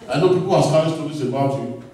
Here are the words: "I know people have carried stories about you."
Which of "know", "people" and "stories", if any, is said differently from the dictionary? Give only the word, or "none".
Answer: stories